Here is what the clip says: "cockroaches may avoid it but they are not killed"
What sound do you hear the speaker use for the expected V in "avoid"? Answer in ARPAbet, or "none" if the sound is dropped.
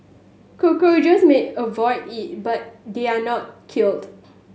V